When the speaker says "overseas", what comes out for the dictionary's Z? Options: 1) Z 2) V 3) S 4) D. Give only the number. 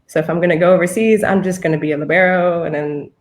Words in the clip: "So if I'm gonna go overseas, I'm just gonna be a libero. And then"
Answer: 1